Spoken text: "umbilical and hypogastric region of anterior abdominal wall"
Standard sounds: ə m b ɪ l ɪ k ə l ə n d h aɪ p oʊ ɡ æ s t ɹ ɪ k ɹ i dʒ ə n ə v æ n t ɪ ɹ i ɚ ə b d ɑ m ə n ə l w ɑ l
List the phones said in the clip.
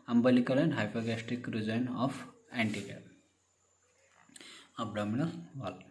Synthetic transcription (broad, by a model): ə m b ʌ l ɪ k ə l ə n d h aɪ p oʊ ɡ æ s t ɪ k ɹ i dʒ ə n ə f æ n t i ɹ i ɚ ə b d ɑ m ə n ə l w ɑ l